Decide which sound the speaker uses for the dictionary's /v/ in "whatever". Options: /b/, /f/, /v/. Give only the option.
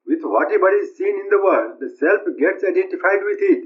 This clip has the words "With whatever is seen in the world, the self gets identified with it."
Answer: /b/